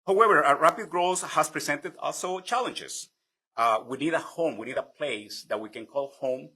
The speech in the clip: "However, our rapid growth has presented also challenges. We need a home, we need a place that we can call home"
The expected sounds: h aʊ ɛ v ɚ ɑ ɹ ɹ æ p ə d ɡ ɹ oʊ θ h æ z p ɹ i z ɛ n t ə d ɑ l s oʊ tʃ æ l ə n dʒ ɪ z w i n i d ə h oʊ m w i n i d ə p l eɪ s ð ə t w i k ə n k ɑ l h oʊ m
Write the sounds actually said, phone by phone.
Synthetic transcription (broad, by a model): h aʊ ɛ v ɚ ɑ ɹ ɹ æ p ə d ɡ ɹ oʊ s h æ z p ɹ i s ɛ n t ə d ɑ l s oʊ tʃ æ l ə n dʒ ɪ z w i n i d ə h oʊ m w i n i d ə p l eɪ s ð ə t w i k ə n k ɑ l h oʊ m